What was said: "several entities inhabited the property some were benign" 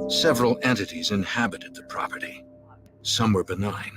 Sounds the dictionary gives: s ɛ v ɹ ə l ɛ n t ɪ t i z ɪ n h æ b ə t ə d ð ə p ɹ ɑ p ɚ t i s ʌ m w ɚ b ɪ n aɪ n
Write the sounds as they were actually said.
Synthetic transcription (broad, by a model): s ɛ v ɹ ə l ɛ n t ɪ t i z ɪ n h æ b ə t ə d ð ə p ɹ ɑ p ɚ t i s ʌ m w ɚ b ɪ n aɪ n